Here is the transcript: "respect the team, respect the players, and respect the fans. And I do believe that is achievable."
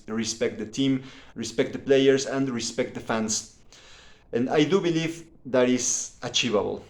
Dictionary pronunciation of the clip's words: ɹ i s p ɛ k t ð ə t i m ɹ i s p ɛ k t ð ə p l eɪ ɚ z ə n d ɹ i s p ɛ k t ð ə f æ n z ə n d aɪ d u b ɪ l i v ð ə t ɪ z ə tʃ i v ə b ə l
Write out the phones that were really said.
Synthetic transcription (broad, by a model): ɹ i s p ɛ k t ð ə t i m ɹ i s p ɛ k t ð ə p l eɪ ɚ s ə n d ɹ i s p ɛ k t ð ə f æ n s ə n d aɪ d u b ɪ l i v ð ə t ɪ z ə tʃ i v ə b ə l